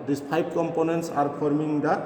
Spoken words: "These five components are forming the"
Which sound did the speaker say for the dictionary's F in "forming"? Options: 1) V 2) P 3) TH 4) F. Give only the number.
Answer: 2